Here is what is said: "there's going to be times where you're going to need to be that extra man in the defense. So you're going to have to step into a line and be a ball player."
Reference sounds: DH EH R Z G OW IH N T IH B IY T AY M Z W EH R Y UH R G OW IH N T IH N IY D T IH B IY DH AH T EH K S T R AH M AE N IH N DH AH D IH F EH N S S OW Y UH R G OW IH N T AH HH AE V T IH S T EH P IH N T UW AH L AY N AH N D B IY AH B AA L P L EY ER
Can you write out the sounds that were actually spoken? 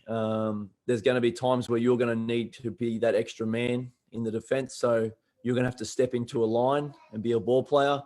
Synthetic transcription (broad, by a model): DH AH R Z G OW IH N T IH B IY T AY M Z W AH R Y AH R G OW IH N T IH N IY D T IH B IY DH AH T EH K S T R AH M AE N IH N DH AH D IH F EH N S S OW Y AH R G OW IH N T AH HH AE F T IH S T EH P IH N T UW AH L AY N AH N B IY AH B AA L P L EY ER